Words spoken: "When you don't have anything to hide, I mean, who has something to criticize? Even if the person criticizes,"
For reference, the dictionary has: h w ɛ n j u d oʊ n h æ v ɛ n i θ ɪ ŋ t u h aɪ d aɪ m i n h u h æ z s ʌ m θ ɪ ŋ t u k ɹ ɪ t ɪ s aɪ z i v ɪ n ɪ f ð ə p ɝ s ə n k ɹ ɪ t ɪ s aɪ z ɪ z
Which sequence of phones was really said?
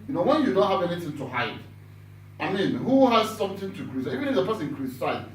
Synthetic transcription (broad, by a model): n w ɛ n j u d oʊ h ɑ v ɛ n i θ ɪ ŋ t u h aɪ d aɪ m i n h u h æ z s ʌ m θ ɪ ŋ t u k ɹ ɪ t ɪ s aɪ i v ɪ n ɪ f ð ə p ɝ s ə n k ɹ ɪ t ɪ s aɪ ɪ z